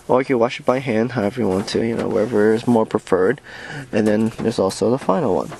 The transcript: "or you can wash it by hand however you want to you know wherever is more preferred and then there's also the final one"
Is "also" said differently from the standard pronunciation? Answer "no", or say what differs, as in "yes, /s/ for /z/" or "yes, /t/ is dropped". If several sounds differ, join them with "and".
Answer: no